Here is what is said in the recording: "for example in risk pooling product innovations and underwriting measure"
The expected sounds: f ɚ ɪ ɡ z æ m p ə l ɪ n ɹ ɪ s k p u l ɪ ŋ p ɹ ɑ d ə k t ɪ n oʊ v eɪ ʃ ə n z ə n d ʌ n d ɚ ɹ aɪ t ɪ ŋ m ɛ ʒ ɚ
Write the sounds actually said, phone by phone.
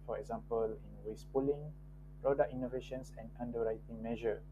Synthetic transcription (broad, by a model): f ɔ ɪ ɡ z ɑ m p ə l ɪ n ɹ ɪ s p u l ɪ ŋ p ɹ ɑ d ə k i n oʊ v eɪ ʃ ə n s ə n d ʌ n d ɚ ɹ aɪ t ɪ ŋ m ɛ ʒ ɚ